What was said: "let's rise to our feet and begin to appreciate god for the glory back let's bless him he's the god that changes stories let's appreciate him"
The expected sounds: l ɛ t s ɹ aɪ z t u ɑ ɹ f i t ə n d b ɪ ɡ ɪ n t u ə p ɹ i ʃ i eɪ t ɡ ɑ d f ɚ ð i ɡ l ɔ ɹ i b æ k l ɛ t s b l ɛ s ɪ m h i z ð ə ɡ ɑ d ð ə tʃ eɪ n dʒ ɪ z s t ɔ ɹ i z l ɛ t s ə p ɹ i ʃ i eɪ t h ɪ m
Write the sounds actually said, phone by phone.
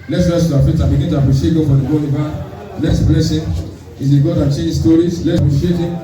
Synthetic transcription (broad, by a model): l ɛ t s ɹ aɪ s t u ɑ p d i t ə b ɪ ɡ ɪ n t u ə p ɹ i ʃ i eɪ t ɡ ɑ f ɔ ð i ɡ ɔ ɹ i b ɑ l ɛ t s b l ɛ s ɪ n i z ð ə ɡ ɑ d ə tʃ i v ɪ s t ɔ ɹ i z l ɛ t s ə p ɹ i ʃ i eɪ t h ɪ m